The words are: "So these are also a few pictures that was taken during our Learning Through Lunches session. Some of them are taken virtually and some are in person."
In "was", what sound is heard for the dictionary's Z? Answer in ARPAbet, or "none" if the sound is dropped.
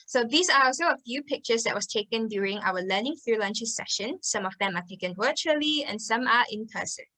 S